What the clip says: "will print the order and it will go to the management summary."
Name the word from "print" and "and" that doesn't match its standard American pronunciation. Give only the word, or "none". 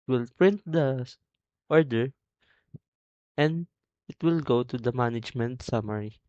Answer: none